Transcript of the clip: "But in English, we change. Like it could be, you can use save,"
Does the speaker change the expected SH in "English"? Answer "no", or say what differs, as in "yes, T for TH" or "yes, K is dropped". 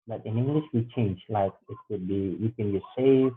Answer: no